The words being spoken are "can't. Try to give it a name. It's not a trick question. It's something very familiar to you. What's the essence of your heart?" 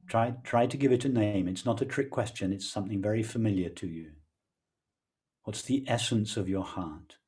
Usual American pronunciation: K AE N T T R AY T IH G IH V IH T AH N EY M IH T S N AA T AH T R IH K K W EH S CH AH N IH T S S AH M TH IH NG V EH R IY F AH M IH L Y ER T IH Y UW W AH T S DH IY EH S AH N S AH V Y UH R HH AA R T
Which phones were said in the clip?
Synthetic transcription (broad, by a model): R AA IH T T R AY T IH G IH V IH T AH N EY M IH T S N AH T AH T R IH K K W EH S CH AH N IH T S S AH M TH IH NG V EH R IY F AH M IH L Y ER T IH Y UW W AH T S DH IY EH S AH N S AH V Y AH R HH AA R T